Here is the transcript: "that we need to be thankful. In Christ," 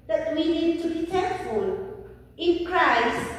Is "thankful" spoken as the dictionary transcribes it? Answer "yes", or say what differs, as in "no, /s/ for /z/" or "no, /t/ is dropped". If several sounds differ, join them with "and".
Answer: no, /t/ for /θ/